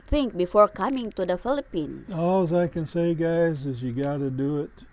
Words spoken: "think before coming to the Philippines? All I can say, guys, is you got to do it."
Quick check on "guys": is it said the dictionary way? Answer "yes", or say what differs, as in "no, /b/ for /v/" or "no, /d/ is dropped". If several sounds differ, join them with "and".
yes